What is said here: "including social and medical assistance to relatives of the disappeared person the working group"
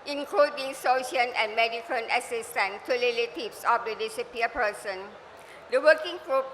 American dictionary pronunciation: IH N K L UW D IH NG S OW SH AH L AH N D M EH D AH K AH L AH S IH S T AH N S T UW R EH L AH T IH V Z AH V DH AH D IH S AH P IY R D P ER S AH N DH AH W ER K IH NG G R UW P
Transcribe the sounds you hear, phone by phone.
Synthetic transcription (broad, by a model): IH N K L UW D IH NG S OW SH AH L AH N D M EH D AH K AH N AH S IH S T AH N T UW L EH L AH T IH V S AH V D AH D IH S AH P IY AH P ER S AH N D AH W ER K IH NG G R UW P